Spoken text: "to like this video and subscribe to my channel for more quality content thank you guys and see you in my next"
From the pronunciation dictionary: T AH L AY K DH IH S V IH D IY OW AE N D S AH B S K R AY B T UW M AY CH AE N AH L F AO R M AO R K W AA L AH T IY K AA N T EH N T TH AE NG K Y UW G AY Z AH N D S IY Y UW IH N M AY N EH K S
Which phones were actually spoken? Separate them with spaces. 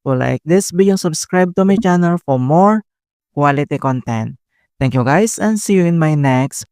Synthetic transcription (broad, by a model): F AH L AY K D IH S B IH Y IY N S AH B S K R AY B T UW M AY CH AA N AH L F AO R M AO R K W AA L AH T IY K AA N T EH N T T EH NG K Y UW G AY S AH N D S IY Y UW IH N M AY N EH K S